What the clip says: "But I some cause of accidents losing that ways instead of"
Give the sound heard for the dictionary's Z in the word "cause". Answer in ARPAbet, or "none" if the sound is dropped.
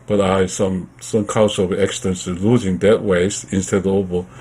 S